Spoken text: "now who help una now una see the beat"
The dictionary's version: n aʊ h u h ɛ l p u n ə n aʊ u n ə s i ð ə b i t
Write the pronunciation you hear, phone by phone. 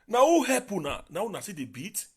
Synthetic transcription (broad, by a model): n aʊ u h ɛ p u n ə n aʊ u n ə s i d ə b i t